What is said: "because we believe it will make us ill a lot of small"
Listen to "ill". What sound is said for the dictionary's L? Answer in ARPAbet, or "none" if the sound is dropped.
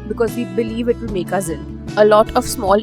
N